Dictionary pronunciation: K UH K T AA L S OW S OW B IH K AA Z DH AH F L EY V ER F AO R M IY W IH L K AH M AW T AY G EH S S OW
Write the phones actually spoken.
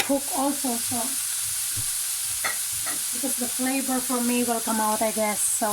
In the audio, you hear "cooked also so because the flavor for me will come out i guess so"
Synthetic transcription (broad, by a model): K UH K AA L S OW S OW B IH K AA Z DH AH F L EY B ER F AO R M IY W IH L K AH M AW T AY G EH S S OW